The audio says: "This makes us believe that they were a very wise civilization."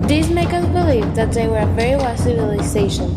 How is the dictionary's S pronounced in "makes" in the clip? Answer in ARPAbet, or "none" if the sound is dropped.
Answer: none